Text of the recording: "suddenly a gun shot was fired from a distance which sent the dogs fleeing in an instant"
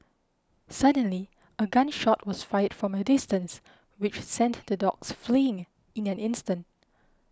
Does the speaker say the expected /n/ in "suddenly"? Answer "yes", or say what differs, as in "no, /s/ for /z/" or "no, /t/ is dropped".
yes